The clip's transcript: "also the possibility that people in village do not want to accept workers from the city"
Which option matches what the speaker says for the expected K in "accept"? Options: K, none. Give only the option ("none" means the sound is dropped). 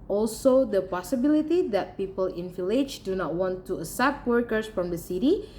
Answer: none